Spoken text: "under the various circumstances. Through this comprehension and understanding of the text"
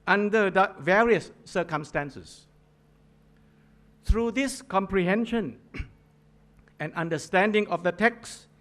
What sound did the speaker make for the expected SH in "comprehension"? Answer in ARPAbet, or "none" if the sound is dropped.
SH